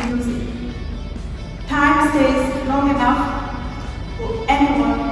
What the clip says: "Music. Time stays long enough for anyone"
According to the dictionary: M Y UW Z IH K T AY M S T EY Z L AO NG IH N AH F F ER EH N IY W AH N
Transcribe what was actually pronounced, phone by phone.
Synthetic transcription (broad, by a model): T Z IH T AY M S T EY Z L AO NG IH N AH F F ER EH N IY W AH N